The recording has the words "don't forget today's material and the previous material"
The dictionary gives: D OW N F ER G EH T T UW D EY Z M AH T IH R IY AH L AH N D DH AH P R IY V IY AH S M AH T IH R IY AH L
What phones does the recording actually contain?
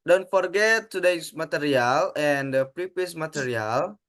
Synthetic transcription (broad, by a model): D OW N F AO G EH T T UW D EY S M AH T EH R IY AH L AH N D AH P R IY P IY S M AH T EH R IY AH L